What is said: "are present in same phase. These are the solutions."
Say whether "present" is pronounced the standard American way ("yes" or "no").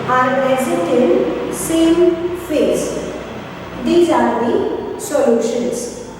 no